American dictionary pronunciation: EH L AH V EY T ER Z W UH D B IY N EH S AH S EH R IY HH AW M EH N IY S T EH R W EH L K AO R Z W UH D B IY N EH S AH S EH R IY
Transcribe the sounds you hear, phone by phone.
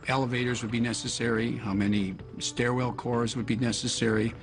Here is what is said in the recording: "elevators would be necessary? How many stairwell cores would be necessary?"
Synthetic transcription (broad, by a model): EH L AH V EY T ER Z W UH D B IY N EH S AH S EH R IY HH AW M EH N IY S T EH R W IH L K AO R Z W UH D B IY N EH S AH S EH R IY